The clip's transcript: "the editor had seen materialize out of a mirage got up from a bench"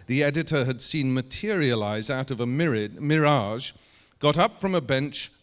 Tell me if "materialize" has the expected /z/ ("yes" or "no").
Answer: yes